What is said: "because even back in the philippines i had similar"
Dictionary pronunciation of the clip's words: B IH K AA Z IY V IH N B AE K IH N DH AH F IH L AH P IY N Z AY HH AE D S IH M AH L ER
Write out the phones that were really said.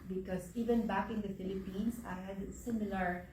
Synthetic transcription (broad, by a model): B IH K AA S IY V IH N B AE K IH N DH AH F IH L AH P IY N S AY HH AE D S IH M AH L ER